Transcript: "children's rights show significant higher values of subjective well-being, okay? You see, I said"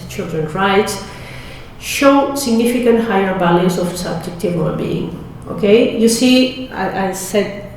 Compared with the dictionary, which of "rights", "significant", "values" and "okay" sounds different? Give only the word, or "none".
values